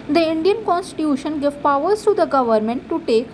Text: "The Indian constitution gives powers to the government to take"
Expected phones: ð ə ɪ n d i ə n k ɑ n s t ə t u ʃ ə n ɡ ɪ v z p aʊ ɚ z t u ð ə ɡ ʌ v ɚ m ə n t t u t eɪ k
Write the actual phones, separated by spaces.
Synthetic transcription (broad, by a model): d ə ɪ n d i ə n k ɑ n s t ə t u ʃ ə n ɡ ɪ v p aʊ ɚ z t u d ə ɡ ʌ v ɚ m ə n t t u t eɪ k